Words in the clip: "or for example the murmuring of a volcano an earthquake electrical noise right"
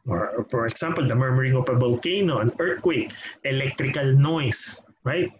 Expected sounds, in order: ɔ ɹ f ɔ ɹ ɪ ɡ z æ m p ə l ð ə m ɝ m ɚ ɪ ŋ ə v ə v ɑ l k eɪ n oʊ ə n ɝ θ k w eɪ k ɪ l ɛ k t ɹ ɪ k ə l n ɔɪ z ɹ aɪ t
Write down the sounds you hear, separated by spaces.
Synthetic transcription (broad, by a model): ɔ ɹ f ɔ ɹ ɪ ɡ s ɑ m p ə l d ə m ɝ m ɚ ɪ ŋ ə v ə b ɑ l k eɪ n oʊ ə n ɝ t k w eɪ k ɪ l ɛ k t ɹ ɪ k ə l n ɔɪ s ɹ aɪ t